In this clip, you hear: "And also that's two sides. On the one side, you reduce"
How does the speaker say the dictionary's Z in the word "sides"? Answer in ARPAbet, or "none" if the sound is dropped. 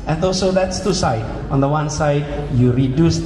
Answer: none